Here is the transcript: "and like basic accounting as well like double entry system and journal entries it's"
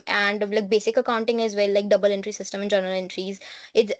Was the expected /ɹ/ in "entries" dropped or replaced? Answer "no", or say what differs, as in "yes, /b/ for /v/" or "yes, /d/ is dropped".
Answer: no